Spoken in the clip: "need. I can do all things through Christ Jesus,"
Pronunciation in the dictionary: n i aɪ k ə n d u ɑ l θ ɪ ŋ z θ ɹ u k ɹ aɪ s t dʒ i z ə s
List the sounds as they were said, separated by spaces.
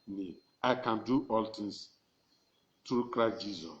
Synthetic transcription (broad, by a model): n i aɪ k ə n d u ɑ l t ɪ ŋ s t ɹ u k ɹ aɪ s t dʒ i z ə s